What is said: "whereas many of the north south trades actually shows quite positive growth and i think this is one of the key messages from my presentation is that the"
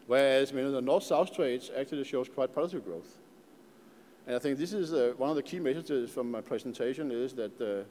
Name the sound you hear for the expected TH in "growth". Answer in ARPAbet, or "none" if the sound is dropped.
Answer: TH